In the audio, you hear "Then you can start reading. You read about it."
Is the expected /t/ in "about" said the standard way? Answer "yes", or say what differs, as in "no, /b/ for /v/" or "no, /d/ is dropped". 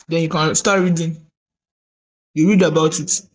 yes